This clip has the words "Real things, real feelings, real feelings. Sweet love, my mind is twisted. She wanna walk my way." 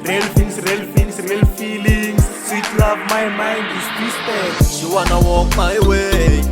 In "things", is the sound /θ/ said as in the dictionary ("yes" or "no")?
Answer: no